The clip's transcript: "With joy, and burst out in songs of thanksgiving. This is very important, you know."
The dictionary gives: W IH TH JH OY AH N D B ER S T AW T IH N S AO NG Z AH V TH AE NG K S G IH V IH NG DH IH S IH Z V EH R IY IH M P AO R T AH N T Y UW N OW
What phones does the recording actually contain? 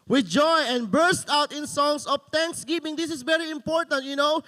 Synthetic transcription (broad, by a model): W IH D JH OY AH N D B ER S T AW T IH N S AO NG S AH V T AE NG K S G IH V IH NG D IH S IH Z V EH R IY IH M P AO R T AH N T Y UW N OW